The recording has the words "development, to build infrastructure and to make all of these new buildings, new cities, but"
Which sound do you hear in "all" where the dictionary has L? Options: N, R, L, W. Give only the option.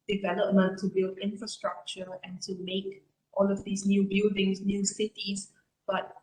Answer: L